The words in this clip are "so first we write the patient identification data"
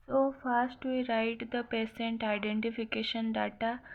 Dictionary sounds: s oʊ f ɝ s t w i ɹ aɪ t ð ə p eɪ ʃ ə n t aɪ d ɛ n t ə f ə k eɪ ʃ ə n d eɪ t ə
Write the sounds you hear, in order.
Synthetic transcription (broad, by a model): s oʊ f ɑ s t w i ɹ aɪ t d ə p eɪ s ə n t aɪ d ɛ n t ə f ə k eɪ ʃ ə n d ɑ t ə